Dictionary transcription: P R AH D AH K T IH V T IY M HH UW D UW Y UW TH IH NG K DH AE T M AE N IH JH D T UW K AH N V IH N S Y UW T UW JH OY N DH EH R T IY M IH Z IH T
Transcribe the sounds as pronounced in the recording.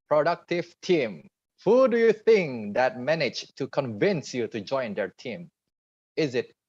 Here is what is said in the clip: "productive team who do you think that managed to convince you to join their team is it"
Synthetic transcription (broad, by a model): P R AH D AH K T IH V T IY M HH UW D UW Y UW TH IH NG K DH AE T M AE N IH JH T UW K AH N V IH N S Y UW T UW JH OY N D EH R T IY M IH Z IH T